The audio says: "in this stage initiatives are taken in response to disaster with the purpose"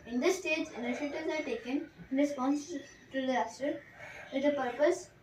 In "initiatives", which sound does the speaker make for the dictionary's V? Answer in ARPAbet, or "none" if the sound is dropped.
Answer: none